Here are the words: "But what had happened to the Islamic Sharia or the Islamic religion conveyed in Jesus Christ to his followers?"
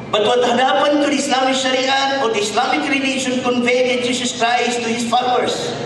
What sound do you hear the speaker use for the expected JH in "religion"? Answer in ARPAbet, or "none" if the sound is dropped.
SH